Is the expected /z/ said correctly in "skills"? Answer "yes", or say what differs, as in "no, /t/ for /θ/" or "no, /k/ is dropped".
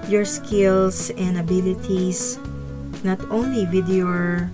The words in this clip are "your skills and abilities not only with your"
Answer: no, /s/ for /z/